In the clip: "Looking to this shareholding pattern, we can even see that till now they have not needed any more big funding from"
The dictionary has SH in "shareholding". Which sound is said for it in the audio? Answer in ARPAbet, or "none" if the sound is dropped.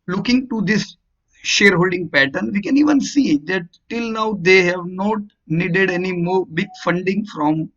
SH